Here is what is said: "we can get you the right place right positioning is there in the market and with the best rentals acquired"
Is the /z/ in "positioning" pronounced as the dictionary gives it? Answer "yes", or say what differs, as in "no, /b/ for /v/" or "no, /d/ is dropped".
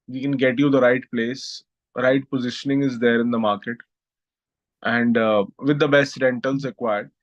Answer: yes